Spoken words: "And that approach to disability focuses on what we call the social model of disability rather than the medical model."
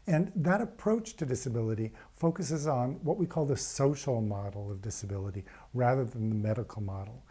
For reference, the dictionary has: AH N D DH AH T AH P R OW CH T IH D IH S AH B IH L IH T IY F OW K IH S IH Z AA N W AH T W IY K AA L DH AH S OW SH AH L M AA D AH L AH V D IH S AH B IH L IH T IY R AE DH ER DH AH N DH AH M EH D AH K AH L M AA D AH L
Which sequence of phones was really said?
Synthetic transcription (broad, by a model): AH N DH AH T AH P R OW CH T IH D IH S AH B IH L IH T IY F OW K IH S IH Z N W AH T W IY K AA L DH AH S OW SH L M AA D L AH V D IH S AH B IH L IH T IY R AE DH ER DH AH N DH AH M EH D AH K L M AA D L